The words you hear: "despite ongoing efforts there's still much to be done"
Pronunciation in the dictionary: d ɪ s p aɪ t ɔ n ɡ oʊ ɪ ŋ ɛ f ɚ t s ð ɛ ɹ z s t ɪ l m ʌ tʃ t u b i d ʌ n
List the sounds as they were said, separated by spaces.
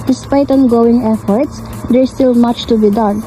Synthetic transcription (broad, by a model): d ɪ s p aɪ t ɔ n ɡ oʊ ɪ ŋ ɛ f ɚ t s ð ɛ ɹ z s t ɪ l m ʌ tʃ t u b i d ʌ n